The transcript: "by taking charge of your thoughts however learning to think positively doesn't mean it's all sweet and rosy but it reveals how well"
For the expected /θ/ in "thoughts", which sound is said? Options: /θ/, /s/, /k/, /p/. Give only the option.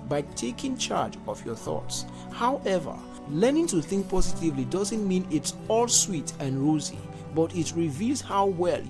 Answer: /θ/